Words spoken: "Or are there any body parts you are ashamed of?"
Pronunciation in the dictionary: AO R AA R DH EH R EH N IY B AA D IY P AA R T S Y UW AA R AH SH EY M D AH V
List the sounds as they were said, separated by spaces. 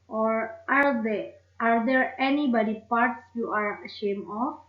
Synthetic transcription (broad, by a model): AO R AA R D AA R EH N IY B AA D IY P AA R T S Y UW AA R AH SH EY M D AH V